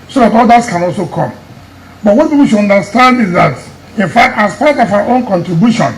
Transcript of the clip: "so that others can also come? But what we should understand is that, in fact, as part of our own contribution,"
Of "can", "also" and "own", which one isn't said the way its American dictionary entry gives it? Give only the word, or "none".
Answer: none